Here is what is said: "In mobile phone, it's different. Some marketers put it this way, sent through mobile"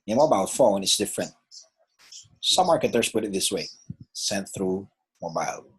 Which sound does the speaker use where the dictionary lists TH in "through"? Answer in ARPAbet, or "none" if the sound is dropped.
TH